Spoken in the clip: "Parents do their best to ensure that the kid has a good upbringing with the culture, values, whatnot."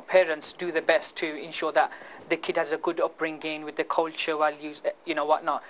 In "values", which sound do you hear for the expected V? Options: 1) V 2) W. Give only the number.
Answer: 2